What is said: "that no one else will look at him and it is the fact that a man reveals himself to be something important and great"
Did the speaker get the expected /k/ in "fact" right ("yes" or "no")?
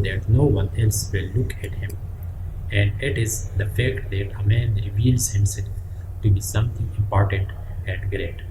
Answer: yes